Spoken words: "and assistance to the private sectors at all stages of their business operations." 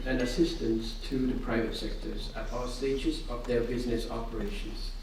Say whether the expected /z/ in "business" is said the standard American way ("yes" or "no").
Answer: yes